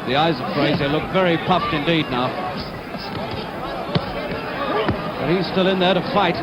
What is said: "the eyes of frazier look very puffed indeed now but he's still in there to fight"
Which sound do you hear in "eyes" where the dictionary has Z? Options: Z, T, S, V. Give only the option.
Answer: Z